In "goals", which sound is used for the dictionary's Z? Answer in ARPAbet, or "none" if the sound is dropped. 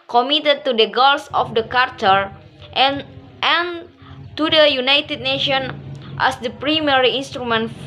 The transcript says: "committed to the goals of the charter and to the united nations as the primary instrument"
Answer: S